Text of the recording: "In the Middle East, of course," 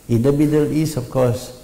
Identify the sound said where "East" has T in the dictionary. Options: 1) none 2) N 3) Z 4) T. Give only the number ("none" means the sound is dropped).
1